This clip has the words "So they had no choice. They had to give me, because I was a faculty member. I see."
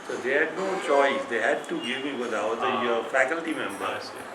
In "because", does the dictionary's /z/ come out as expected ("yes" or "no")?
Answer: no